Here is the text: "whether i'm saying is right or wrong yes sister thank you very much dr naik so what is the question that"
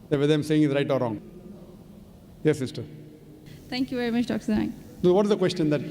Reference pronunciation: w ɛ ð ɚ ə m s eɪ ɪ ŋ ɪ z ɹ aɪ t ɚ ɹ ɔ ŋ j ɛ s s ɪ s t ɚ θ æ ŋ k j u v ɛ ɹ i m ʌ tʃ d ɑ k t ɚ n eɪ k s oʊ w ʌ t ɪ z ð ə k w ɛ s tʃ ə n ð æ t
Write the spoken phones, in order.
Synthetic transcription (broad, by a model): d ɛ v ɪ ə m s eɪ ɪ ŋ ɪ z ɹ aɪ t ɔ ɹ ɔ ŋ j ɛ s s ɪ s t ɚ t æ ŋ k j u v ɛ ɹ i m ʌ tʃ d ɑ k s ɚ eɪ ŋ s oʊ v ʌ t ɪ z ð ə k w ɛ s tʃ ə n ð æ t